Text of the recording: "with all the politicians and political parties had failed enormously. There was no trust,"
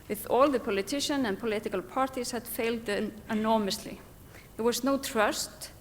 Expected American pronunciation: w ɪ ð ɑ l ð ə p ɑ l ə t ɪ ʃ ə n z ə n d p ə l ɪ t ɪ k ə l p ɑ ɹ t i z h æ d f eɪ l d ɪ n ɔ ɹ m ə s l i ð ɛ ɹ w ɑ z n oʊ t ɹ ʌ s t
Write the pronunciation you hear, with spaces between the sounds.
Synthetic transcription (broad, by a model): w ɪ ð ɑ l ð ə p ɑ l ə t ɪ ʃ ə n ə n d p ə l ɪ t ɪ k ə l p ɑ ɹ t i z h æ d f eɪ l d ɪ n ɔ ɹ m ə s l i ð ɛ ɹ w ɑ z n oʊ t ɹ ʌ s t